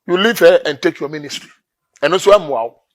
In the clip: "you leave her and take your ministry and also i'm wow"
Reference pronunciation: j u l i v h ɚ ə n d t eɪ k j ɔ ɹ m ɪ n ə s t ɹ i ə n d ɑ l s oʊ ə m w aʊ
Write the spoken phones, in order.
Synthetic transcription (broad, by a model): j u l i v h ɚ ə n t eɪ k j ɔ m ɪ n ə s t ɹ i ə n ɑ n s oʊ ə m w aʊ